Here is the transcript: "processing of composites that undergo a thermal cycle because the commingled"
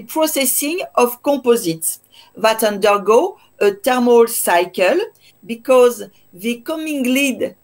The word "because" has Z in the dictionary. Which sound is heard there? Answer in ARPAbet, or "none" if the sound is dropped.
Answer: Z